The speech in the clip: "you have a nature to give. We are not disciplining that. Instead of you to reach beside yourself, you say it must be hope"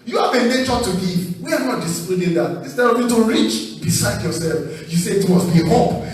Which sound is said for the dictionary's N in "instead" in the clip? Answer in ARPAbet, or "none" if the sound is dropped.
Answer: none